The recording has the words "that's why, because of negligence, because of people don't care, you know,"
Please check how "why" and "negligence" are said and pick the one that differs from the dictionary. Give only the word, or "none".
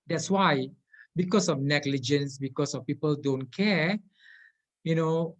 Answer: none